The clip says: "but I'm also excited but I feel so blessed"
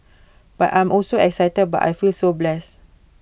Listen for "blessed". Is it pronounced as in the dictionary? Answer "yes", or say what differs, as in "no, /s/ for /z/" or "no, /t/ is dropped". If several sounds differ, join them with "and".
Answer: no, /t/ is dropped